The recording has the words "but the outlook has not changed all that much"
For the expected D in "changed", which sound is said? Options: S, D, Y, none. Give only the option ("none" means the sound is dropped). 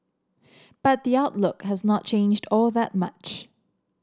D